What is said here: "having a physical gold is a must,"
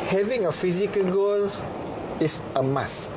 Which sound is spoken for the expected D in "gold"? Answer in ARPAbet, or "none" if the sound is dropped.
none